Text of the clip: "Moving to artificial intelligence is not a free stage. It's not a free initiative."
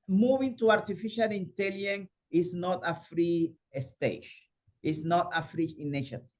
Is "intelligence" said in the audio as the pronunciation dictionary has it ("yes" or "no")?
no